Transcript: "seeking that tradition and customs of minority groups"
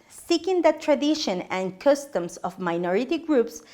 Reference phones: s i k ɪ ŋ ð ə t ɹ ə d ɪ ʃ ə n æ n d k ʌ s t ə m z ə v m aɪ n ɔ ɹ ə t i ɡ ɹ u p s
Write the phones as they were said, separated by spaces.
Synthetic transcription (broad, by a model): s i k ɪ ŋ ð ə t ɹ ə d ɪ ʃ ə n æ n k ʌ s t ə m s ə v m aɪ n ɔ ɹ ə t i ɡ ɹ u p s